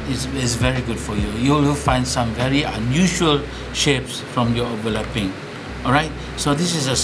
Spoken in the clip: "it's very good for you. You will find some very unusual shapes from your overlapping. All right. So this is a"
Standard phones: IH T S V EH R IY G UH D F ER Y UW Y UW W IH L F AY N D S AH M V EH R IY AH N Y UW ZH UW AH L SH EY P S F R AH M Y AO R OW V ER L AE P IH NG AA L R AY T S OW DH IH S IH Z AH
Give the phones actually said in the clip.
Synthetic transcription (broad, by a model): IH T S V EH R IY G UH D F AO Y UW Y UW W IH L F AY N D S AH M V EH R IY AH N Y UW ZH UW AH L SH EY P S F R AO M Y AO OW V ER L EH P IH NG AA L R AY T S OW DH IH S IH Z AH